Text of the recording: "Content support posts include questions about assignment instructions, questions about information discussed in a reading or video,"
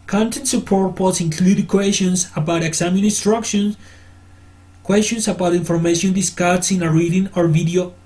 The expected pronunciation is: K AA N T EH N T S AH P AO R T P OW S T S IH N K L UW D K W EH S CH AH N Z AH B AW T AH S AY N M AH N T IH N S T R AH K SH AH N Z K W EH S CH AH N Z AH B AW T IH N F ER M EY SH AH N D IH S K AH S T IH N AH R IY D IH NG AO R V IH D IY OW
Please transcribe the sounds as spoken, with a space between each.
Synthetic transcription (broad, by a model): K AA N T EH N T S AH P AO R T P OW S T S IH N K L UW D K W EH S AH N S AH B AW T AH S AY M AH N IH N S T R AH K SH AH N K W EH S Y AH N S AH B AW T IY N F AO M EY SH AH N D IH S K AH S IH N AH R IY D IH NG AO R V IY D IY OW